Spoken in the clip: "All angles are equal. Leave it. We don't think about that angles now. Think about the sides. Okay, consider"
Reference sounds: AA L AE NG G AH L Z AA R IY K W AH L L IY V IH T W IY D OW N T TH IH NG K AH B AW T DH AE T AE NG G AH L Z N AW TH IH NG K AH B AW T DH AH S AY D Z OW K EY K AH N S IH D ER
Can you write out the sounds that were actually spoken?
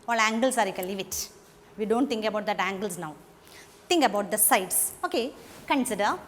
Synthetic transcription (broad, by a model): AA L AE NG G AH L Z AA R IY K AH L L IY V IH T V IY D OW N T T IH NG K AH B AW T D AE T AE NG G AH L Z N AW T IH NG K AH B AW T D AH S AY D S OW K EY K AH N S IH D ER